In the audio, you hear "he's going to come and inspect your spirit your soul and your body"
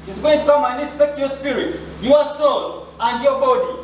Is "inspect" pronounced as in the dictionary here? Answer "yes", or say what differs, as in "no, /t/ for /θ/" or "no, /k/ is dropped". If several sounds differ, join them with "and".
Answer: no, /n/ is dropped